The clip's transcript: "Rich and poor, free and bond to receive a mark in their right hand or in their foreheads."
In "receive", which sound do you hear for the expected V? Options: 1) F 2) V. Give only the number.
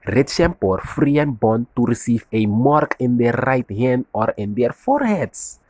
1